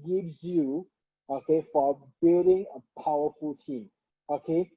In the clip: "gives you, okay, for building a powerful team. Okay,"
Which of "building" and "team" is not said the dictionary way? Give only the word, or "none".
building